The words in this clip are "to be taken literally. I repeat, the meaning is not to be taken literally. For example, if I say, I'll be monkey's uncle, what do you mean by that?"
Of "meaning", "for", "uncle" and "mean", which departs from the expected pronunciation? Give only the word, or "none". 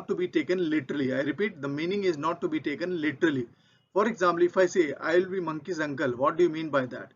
none